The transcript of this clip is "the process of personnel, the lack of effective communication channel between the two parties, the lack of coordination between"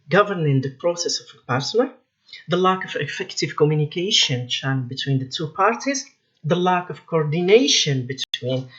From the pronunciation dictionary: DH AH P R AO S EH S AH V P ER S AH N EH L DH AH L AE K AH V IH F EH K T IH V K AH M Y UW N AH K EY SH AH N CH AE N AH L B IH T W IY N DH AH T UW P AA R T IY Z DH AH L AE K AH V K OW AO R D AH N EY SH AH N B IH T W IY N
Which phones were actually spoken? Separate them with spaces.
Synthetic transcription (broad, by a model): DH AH P R AO S EH S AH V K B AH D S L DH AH L AE K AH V IH F EH K T IH V K AH M Y UW N AH K EY SH AH N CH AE AH N B IH T W IY N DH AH T UW P AA R T IY Z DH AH L AE K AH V K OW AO R D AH N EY SH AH N B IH T W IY N